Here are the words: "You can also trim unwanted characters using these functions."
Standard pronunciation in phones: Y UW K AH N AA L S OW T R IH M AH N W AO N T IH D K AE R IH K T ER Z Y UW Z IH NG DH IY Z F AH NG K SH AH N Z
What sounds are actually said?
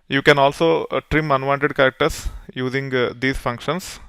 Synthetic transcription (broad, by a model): Y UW K AH N AA L S OW T R IH M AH N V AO N T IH D K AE R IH K T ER S Y UW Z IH NG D IY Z F AH NG K SH AH N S